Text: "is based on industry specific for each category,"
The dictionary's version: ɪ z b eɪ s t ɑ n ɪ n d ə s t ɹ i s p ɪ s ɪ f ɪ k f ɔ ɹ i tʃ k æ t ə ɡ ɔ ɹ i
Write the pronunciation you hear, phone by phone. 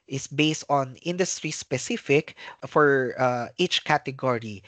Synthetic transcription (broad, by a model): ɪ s b eɪ s t ɑ n ɪ n d ə s t ɹ i s p ɪ s ɪ f ɪ k f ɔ ɹ i tʃ k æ t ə ɡ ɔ ɹ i